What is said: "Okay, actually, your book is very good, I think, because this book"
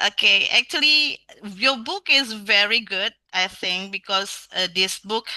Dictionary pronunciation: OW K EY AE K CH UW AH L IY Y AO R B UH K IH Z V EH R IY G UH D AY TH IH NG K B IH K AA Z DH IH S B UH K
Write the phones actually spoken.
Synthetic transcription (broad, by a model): OW K EY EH K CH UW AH L IY Y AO B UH K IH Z V EH R IY G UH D AY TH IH NG K B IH K AA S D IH S B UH K